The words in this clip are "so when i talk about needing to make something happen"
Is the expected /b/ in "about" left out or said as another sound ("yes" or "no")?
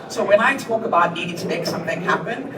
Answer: no